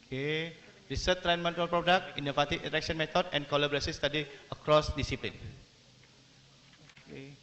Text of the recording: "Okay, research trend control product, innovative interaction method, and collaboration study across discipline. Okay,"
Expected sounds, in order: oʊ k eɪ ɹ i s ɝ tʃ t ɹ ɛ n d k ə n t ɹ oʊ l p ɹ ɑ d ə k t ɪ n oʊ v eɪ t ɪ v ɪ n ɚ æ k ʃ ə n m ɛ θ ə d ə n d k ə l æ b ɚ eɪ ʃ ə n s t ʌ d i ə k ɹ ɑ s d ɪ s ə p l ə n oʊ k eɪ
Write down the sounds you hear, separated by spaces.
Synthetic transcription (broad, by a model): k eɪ ɹ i s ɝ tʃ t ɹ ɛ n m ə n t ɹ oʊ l p ɹ ɑ d ə k t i n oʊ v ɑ t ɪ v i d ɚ k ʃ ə n m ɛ t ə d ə n k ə l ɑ b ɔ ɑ s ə s t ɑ d i ə k ɹ ɑ s d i s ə p l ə n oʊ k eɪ